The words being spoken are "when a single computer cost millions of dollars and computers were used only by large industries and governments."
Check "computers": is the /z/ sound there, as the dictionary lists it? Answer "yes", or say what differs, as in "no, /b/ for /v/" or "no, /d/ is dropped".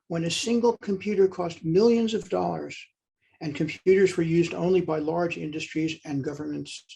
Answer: yes